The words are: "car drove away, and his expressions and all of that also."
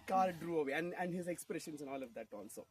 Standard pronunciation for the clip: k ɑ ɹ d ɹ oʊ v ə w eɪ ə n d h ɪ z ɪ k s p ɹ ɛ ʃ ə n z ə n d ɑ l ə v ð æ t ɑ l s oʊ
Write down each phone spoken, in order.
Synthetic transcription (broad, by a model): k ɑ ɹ d ɹ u ə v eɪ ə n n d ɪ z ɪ k s p ɹ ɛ ʃ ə n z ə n ɑ l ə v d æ t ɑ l s oʊ